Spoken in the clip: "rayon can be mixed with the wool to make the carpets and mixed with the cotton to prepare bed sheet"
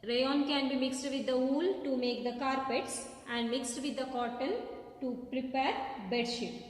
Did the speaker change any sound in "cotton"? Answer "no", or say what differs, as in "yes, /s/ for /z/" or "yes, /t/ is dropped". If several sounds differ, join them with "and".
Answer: yes, /l/ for /n/